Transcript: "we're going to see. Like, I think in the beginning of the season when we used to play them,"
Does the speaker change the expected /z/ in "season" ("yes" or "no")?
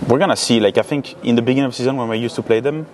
no